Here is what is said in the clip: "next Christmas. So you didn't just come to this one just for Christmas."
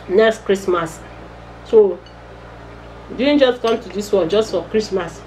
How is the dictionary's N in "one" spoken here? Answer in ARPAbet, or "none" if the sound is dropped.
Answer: L